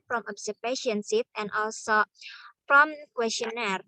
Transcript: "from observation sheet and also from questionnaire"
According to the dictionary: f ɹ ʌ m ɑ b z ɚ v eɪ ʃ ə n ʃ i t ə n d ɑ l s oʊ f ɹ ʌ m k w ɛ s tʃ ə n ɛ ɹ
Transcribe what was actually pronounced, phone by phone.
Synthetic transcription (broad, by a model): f ɹ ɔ m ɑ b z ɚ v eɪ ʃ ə n s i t ə n d ɑ l s oʊ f ɹ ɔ m k w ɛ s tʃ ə n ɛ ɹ